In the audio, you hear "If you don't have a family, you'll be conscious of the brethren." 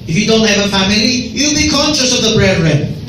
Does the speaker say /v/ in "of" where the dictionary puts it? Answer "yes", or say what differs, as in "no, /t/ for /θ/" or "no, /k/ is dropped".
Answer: yes